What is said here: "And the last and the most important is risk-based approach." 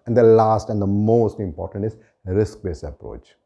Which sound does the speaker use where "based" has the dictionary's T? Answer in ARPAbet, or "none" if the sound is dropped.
none